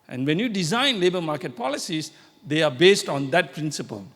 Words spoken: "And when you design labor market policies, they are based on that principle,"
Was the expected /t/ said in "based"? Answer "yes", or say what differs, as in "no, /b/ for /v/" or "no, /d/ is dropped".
yes